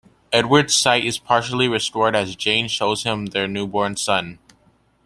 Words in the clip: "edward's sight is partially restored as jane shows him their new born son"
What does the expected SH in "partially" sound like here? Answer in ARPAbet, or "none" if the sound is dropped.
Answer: SH